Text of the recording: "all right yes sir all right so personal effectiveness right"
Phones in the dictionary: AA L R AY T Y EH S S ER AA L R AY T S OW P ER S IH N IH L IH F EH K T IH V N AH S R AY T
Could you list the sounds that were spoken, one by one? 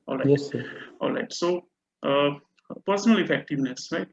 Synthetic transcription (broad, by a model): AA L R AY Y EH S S AA L R AY T S OW P ER S IH N IH L IH F EH K T IH V N AH S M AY